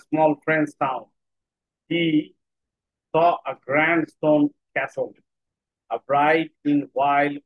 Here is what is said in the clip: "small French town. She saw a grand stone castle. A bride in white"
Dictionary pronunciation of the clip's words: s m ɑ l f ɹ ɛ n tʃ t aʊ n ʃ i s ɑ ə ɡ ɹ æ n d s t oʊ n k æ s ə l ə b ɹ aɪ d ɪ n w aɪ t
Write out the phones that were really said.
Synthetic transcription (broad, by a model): s m ɑ l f ɹ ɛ n s t aʊ n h i s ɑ ə ɡ ɹ æ n d s t oʊ n k æ s ə l ə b ɹ aɪ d ɪ n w aɪ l